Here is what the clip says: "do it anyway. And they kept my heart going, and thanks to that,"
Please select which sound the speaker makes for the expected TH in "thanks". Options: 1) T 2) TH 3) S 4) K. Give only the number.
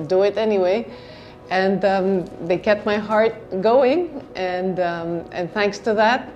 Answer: 2